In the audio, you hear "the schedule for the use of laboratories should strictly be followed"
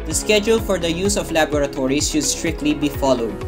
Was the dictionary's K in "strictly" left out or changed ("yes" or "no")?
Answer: no